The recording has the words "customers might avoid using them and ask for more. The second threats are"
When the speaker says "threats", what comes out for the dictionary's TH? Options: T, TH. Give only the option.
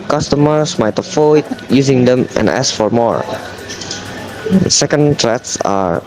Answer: T